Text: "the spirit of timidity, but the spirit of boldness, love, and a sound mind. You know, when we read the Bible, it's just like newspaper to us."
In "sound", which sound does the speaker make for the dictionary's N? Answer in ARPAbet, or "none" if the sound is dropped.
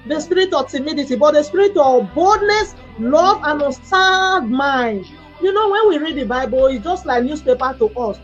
none